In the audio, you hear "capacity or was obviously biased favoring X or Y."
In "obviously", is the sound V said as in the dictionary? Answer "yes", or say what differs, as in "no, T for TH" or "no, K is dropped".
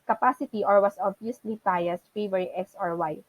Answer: no, V is dropped